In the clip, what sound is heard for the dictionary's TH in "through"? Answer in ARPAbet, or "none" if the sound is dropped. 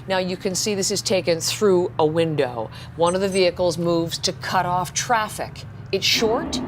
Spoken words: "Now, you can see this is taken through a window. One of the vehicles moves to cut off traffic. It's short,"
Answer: TH